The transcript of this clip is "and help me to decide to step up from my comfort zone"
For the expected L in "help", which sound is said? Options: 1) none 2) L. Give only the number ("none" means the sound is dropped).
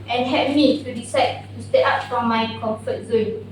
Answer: 1